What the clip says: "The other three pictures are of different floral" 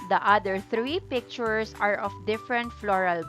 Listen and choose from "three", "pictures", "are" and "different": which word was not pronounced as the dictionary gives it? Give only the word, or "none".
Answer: pictures